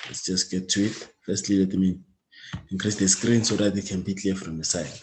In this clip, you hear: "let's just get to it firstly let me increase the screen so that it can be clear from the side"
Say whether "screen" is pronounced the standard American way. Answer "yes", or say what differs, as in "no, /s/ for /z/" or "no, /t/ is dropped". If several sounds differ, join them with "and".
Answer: yes